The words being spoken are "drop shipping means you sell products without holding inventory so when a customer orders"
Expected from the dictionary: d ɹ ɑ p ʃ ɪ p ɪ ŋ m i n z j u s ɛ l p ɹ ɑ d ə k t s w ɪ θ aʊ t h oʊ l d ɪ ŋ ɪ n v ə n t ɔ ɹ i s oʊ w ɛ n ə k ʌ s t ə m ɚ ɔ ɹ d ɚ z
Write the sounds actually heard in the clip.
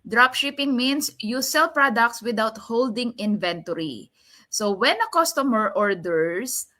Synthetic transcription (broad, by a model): d ɹ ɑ p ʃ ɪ p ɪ ŋ m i n s j u s ɛ l p ɹ ɑ d ə k t s w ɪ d aʊ t h oʊ l d ɪ ŋ ɪ n v ə n t ɔ ɹ i s oʊ w ɛ n ə k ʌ s t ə m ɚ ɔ ɹ d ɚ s